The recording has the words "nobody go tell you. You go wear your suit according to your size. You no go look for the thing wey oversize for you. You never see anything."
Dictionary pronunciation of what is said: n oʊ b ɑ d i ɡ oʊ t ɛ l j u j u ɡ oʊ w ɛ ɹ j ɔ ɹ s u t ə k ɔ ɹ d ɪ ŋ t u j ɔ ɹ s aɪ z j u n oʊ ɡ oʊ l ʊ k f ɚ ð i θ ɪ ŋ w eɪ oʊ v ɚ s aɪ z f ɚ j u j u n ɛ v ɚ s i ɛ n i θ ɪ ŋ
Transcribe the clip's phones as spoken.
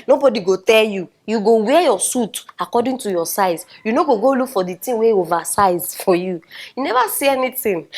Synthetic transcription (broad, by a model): n oʊ b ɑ d i ɡ oʊ t ɛ l j u j u ɡ oʊ w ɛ j ɔ s u t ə k ɔ d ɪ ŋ t u j ɔ s aɪ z j u n oʊ ɡ oʊ l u k f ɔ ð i t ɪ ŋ w eɪ oʊ v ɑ s aɪ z f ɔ j u j u n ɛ v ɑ s i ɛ n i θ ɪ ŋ